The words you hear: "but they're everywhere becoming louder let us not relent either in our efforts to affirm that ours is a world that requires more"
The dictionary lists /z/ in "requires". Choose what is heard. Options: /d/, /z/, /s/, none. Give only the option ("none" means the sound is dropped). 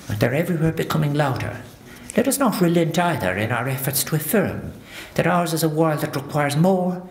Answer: /z/